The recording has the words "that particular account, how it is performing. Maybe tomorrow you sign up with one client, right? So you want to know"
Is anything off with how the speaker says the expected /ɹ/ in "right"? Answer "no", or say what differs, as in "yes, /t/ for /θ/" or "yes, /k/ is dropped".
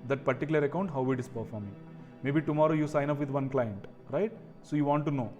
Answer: no